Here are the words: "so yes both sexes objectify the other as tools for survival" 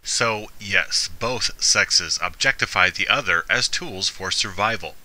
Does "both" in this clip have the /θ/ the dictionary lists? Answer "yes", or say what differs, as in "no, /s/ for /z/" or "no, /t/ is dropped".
yes